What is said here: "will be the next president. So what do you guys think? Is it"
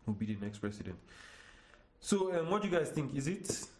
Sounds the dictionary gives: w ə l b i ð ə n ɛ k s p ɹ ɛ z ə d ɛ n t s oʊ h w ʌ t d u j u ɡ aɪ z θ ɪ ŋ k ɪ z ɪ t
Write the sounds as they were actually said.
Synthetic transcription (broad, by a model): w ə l b i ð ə n ɛ k s p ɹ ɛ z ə d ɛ n t s oʊ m w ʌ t j u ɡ aɪ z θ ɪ ŋ k ɪ z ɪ t